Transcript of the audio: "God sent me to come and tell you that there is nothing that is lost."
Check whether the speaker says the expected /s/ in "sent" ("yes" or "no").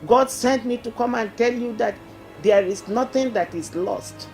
yes